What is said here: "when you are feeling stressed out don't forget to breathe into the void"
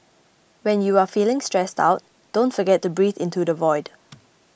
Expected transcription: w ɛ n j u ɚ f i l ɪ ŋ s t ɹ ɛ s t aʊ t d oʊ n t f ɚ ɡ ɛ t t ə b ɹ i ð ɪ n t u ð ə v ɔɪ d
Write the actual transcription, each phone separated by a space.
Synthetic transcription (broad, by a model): w ɛ n j u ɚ f i l ɪ ŋ s t ɹ ɛ s t aʊ t d oʊ n t f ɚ ɡ ɛ t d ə b ɹ i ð ɪ n t u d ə v ɔɪ d